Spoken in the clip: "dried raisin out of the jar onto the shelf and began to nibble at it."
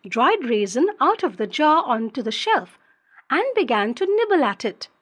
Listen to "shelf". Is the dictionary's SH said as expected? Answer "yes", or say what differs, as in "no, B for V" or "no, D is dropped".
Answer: yes